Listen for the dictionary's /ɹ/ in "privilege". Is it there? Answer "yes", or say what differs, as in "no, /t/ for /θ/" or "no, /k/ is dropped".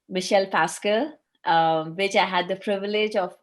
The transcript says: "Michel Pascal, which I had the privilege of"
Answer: yes